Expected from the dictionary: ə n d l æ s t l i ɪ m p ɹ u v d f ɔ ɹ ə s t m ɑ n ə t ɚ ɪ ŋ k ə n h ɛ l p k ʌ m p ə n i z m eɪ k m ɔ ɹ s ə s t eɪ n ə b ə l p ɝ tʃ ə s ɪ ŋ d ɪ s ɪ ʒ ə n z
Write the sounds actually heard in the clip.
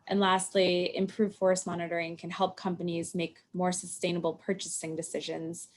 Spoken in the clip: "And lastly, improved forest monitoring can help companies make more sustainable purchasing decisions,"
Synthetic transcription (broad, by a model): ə n l æ s t l i ɪ m p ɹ u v f ɔ ɹ s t m ɑ n ə t ɚ ɪ ŋ k ə n h ɛ l p k ʌ m p ə n i z m eɪ k m ɔ ɹ s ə s t eɪ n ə b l p ɝ tʃ ə s ɪ ŋ d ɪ s ɪ ʒ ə n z